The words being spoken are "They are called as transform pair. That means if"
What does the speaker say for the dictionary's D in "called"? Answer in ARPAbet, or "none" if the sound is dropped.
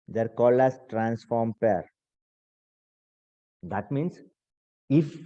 none